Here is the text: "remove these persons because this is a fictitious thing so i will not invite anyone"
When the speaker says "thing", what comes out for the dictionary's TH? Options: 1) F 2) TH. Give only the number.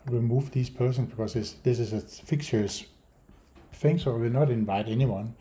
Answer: 1